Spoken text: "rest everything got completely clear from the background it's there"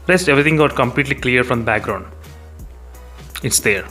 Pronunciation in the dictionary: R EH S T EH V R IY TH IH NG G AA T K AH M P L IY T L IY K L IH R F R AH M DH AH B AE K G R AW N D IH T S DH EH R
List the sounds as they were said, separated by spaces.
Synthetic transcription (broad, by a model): R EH S T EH V R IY T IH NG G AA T K AH M P L IY T L IY K L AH R F R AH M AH B AE K G R AW N D IH T S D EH R